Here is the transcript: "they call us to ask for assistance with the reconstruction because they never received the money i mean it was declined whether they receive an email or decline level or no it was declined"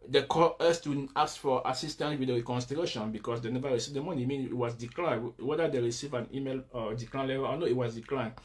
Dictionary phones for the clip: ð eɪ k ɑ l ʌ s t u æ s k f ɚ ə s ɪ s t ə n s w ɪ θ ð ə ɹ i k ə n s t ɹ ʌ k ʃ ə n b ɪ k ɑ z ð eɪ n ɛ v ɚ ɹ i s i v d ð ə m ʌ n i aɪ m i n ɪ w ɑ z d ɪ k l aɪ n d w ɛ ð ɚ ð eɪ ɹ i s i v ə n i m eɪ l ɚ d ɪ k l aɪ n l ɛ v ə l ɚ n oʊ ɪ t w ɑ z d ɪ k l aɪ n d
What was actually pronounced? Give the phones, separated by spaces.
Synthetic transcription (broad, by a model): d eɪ k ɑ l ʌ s t u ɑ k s f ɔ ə s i s t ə n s w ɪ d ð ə ɹ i k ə n s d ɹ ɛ ʃ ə n b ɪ k ɑ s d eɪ n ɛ v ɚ ɹ i s i v d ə m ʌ n i m i n ɪ w ɑ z d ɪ k l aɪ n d w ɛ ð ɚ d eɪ ɹ i s i v ə n i m eɪ l d ɪ k l aɪ n l ɛ v ə l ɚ n oʊ ɪ t w ɑ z d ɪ k l aɪ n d